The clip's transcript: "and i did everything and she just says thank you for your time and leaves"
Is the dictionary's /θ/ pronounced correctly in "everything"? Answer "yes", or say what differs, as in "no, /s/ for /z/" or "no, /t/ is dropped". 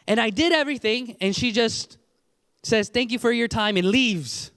yes